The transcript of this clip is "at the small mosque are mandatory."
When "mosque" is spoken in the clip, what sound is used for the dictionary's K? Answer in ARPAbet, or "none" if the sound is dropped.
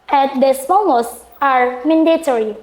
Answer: none